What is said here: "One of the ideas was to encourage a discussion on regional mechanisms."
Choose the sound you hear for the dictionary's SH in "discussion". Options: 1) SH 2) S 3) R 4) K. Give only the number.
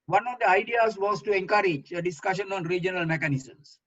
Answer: 1